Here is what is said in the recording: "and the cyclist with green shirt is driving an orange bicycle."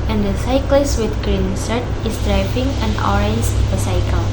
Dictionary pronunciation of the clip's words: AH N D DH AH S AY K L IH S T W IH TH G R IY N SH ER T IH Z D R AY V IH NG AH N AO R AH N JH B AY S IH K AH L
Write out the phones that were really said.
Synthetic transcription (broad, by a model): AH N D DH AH S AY K L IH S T W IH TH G R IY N S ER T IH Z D R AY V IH NG AH N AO R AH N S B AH S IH K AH L